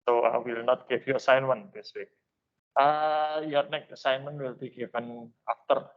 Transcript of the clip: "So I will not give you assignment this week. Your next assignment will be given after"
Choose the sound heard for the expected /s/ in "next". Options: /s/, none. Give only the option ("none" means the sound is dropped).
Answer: none